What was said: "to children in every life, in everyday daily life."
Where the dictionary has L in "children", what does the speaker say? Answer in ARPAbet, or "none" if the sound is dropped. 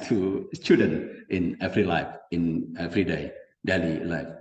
none